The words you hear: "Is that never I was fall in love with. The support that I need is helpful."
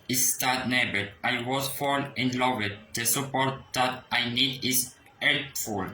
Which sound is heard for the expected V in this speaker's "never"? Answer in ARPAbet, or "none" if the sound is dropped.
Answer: B